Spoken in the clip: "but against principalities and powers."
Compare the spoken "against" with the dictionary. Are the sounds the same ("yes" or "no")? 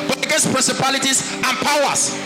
no